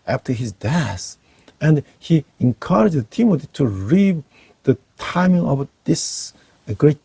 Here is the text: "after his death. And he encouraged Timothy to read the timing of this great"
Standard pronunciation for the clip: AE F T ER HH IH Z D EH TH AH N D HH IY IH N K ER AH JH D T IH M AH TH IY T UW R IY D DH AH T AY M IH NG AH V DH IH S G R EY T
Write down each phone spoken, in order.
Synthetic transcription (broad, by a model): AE F T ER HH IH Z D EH S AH N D HH IY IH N K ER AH JH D T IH M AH T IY T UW R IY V DH AH T AY M IH NG AH V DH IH S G R EY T